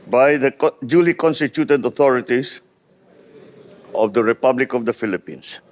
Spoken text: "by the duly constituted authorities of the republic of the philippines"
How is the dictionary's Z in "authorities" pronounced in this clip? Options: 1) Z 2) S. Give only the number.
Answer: 2